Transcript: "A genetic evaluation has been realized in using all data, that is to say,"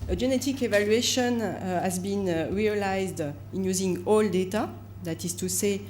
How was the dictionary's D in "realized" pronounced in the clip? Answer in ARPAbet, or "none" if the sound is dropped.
D